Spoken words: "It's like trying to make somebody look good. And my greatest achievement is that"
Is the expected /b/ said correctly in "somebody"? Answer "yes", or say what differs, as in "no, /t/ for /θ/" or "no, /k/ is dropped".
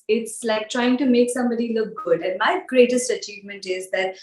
yes